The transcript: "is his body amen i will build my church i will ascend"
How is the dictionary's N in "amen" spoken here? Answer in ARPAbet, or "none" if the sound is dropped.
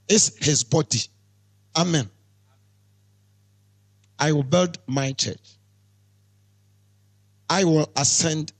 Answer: N